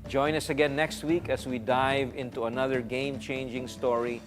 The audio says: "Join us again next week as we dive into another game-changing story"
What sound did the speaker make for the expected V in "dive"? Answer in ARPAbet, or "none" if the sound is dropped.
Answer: V